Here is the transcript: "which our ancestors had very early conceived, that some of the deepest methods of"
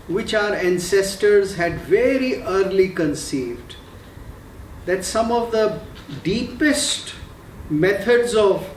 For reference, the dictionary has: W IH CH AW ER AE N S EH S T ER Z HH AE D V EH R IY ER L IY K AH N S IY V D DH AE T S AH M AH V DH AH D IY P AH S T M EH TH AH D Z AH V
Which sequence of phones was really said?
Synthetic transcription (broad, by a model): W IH CH AW ER AE N S EH S T ER Z HH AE D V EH R IY ER L IY K AH N S IY V D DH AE T S AH M AH V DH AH D IY P AH S T M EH T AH D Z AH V